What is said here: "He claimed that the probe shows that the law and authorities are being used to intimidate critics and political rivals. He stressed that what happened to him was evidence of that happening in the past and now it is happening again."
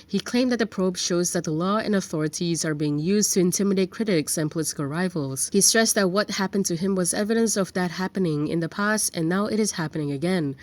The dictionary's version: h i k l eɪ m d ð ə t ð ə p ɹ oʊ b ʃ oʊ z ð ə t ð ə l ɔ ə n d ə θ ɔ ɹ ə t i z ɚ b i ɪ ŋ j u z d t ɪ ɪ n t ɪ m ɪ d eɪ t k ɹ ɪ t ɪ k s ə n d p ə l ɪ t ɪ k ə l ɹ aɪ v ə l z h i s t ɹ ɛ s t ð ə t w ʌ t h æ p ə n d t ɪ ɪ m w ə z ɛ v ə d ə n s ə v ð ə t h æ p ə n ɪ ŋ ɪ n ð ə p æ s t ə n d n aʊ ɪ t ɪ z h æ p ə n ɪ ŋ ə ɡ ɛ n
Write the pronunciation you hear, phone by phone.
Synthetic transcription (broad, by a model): h i k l eɪ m ð ə t ð ə p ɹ oʊ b ʃ oʊ z ð ə t ð ə l ɔ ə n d ə θ ɔ ɹ ə t i z ɚ b i ɪ ŋ j u z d t ɪ ɪ n t ɪ m ɪ d eɪ t k ɹ ɪ t ɪ k s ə n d p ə l ɪ t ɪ k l ɹ aɪ v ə l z h i s t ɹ ɛ s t ð ə t w ʌ t h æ p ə n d t ɪ ɪ m w ə z ɛ v ə d ə n s ə v ð ə t h æ p ə n ɪ ŋ ɪ n ð ə p æ s t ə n n aʊ ɪ t ɪ z h æ p ə n ɪ ŋ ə ɡ ɛ n